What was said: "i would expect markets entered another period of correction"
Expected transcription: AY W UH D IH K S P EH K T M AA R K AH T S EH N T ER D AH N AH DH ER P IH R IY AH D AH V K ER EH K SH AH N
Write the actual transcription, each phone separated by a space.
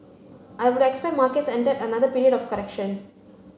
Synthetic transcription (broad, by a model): AY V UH D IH K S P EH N M AA R K AH T S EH N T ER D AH N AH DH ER P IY R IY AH D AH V K ER EH K SH AH N